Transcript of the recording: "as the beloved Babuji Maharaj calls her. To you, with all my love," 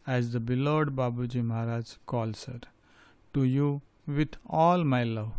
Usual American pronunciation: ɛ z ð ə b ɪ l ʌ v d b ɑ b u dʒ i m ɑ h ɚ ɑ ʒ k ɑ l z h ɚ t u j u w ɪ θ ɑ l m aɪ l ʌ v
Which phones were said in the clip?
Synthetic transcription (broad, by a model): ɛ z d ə b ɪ l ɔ d b ɑ b u dʒ i m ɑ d ɑ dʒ k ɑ l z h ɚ t u j u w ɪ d ɑ l m aɪ l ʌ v